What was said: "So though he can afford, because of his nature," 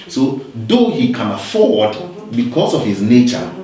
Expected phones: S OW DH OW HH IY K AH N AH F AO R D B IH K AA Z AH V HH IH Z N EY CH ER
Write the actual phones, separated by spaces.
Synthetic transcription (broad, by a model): S OW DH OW HH IY K AH N AH F AO R D B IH K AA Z AH V HH IH Z N EY CH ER